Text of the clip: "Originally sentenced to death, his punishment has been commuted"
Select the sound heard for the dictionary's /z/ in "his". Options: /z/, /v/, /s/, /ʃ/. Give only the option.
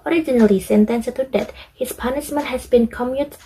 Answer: /s/